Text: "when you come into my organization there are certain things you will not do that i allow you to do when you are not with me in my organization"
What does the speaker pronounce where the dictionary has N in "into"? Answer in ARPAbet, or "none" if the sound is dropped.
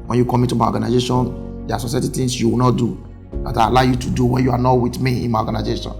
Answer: none